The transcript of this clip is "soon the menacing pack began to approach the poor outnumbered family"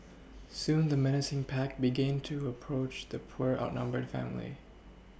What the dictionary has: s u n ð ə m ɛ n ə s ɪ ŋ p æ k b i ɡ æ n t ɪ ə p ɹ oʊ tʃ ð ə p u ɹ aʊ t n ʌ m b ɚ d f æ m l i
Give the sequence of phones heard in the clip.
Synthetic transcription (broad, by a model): s u n ð ə m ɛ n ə s ɪ ŋ p æ k b i ɡ æ n t ɪ ə p ɹ oʊ tʃ ð ə p u ɹ aʊ t n ʌ m b ɚ d f æ m l i